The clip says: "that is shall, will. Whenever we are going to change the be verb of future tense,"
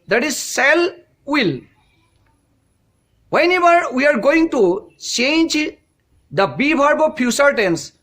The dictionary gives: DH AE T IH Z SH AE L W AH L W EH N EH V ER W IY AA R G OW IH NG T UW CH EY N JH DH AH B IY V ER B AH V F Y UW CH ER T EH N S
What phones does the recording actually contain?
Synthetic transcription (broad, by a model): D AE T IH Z S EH L W AH L W EH N EH V ER W IY AA R G OW IH NG T UW CH EY N JH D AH B IY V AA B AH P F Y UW S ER T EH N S